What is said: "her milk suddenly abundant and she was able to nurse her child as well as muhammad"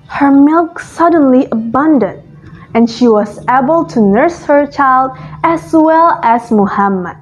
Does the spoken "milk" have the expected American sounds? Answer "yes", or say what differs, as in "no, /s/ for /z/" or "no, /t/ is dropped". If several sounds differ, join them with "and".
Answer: yes